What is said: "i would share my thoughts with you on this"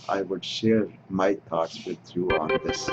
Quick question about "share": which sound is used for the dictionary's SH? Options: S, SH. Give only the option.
SH